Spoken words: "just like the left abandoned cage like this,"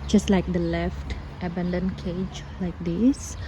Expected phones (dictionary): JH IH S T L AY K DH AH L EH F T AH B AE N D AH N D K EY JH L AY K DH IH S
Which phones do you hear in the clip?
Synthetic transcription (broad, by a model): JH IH S T L AY K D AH L EH F T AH B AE N D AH N K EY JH L AY K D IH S